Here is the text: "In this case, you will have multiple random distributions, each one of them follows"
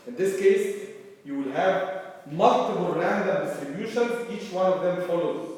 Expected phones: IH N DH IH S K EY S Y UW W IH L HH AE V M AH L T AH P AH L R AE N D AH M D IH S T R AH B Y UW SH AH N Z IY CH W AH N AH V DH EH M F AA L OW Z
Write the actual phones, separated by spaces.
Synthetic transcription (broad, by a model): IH N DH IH S K EY S Y UW W IH L HH AE V M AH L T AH B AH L R AE N D AH M D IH S T R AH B Y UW SH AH N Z IY CH W AH N AH V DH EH M F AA L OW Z